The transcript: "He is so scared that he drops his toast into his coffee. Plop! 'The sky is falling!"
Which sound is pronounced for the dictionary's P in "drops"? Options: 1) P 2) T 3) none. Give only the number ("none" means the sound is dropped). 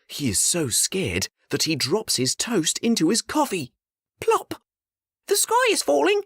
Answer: 1